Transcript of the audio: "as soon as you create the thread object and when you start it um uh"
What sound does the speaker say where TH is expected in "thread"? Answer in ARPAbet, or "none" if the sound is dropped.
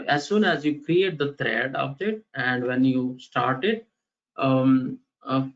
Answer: T